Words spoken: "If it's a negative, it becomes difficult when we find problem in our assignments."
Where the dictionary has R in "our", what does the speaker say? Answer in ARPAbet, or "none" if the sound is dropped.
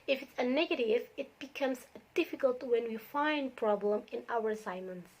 W